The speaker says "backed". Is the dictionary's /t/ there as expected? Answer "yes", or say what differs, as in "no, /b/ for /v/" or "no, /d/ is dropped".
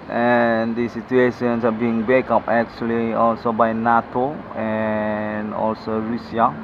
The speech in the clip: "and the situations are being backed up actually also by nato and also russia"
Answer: no, /t/ is dropped